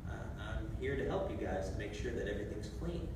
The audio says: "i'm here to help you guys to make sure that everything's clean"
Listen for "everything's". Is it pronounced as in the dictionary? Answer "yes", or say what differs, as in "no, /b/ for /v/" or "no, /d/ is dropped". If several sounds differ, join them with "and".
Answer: yes